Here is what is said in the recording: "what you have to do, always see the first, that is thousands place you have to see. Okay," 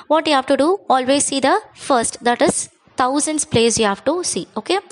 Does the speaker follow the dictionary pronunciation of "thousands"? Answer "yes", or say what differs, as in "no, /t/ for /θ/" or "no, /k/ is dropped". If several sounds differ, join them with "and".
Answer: no, /t/ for /θ/